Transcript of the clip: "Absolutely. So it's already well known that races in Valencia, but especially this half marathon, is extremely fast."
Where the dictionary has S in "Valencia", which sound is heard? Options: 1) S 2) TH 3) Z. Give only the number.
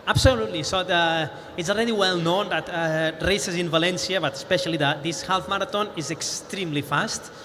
1